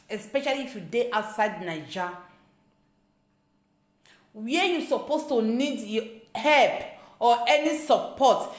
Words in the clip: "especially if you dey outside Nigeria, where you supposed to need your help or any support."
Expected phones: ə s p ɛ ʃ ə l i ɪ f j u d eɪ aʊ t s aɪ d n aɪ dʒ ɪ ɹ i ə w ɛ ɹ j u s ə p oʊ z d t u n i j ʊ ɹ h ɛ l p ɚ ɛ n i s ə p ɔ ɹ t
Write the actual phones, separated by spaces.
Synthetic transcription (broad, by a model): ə s p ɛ ʃ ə l i f j u d eɪ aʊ t s aɪ d n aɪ dʒ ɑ w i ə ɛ j u s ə p oʊ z t u n i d h ɛ l p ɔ ɛ n i s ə p ɔ t